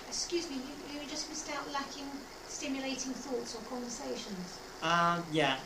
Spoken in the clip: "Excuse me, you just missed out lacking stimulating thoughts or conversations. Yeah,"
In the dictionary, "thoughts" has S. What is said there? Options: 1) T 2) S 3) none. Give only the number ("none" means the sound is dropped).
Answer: 2